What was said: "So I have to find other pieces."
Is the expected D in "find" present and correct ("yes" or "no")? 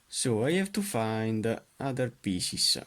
yes